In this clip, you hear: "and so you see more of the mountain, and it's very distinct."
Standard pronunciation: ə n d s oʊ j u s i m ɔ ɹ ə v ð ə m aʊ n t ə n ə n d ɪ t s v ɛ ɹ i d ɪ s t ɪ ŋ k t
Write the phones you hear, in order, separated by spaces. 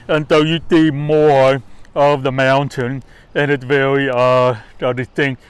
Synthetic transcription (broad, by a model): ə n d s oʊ j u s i m ɔ ɹ ə v ð ə m aʊ n t ə n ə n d ɪ t s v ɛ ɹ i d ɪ s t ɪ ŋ k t